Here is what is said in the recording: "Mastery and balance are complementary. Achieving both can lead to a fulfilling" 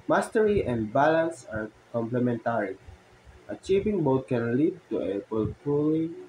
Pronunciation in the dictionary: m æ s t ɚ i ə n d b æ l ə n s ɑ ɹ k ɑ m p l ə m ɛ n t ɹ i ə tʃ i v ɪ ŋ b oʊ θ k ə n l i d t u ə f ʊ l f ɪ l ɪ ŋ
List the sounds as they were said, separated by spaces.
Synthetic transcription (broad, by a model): m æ s t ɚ i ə n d b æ l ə n s ɑ ɹ k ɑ m p l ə m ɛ n t ɹ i ə tʃ i v ɪ ŋ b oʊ t k ə n l i d t u ə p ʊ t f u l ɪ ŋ